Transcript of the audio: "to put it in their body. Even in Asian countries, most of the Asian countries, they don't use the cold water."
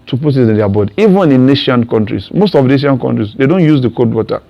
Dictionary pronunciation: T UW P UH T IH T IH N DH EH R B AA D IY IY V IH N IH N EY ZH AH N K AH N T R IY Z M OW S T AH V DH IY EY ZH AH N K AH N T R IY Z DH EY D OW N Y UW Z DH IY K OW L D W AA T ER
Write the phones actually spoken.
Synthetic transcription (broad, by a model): T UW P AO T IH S IH N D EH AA B AA D IY IY V IH N IH N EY SH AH N K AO N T R IY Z M OW S T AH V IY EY SH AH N K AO N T R IY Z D EY D OW N Y UW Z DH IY K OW D W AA T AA